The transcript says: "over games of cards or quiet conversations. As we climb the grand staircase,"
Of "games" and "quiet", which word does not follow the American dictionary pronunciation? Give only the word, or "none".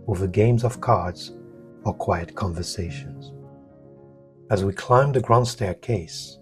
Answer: none